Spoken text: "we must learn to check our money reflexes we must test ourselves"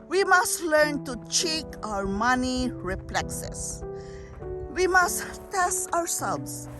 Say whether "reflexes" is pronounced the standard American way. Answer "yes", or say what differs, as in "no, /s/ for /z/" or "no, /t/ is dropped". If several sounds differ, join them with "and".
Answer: no, /p/ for /f/